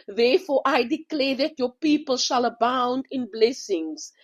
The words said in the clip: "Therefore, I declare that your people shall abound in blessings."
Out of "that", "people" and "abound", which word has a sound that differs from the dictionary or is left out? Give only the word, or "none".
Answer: none